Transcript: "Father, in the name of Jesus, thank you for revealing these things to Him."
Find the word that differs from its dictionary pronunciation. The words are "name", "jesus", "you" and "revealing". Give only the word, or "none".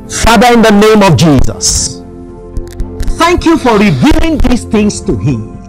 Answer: none